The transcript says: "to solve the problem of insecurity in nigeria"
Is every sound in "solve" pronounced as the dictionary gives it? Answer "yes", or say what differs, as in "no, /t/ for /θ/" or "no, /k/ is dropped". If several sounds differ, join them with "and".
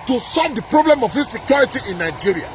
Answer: yes